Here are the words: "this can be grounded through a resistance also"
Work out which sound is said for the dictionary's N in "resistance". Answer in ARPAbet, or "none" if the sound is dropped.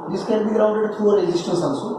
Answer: none